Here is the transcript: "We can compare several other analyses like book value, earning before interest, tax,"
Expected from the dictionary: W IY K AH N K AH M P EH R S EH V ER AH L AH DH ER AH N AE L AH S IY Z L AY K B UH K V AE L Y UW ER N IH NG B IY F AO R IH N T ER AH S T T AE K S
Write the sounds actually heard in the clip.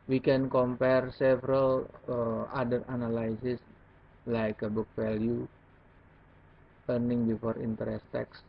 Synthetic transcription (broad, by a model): W IY K AH N K AH M P EH R S EH V ER AH L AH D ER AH N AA L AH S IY S L AY K B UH K F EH L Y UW ER N IH NG B IY F AO R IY N T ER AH S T T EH K S